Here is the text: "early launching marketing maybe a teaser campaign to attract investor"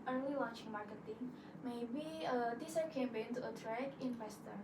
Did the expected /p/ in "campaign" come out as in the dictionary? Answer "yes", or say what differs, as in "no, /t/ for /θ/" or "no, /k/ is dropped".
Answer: no, /b/ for /p/